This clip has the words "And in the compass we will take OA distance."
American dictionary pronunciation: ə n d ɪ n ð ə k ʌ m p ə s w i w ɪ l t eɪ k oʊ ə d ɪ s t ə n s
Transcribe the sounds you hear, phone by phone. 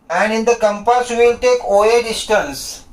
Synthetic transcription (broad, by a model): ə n d ɪ n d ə k ʌ m p ə s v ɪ l t eɪ k oʊ ə d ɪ s t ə n s